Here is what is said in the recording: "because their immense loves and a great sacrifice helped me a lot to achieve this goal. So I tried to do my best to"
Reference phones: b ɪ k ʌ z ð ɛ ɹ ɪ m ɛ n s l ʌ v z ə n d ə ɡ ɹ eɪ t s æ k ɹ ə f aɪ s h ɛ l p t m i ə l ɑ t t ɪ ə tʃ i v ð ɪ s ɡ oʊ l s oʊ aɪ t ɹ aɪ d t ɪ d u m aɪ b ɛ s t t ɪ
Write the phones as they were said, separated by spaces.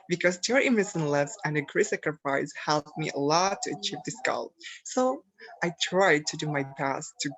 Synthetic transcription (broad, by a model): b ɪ k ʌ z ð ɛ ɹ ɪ m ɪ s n l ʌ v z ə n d ə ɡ ɹ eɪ s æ k ɹ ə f aɪ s h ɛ l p m i ə l ɑ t t ɪ ə tʃ i v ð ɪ s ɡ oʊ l s oʊ aɪ t ɹ aɪ d t ɪ d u m aɪ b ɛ s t t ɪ